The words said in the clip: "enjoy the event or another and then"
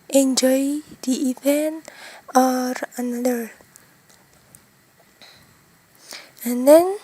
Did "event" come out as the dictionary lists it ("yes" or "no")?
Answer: no